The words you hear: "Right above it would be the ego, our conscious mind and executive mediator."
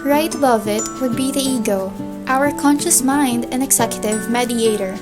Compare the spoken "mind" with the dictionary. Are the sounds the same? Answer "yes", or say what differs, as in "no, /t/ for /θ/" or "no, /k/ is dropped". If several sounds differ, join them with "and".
yes